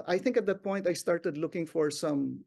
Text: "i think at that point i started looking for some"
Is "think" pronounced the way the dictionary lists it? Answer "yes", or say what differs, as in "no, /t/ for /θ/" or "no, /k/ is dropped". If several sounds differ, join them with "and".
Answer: yes